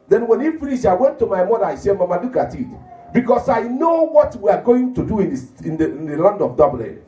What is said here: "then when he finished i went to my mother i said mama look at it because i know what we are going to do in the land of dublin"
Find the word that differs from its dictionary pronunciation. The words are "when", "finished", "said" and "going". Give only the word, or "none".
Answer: finished